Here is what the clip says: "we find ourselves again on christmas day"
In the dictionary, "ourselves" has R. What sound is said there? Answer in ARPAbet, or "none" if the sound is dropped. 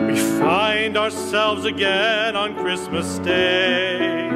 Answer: R